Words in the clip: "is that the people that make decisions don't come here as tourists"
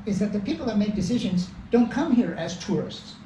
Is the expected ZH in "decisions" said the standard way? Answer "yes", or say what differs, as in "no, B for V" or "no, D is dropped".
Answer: yes